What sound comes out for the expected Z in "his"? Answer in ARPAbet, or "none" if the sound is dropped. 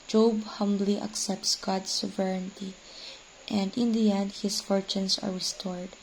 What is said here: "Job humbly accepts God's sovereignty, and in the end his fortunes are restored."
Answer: S